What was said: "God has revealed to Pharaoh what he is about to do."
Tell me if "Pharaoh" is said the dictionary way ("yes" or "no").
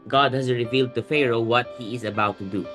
yes